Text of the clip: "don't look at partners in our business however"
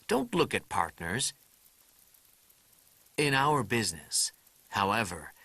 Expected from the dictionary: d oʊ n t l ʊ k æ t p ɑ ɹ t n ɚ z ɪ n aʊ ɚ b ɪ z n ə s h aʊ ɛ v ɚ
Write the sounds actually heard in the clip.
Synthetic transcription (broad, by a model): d oʊ n t l ʊ k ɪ t p ɑ ɹ t n ɚ z ɪ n aʊ ɚ b ɪ z n ə s h aʊ ɛ v ɚ